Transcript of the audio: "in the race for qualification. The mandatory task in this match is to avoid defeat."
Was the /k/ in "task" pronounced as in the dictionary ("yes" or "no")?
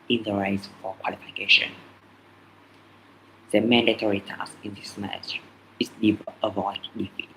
no